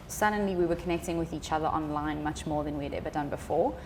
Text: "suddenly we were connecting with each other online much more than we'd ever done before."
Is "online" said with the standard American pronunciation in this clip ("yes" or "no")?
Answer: yes